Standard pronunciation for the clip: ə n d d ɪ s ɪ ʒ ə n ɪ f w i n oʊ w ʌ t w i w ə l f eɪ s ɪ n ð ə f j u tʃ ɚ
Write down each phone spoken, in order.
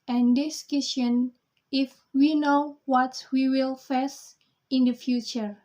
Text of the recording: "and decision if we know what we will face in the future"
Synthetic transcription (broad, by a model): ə n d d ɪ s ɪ ʃ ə n ɪ f w i n oʊ w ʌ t w i w ə l f eɪ s ɪ n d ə f j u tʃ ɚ